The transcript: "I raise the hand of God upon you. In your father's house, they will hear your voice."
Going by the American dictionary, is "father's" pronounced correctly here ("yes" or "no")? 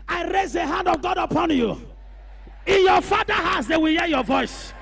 no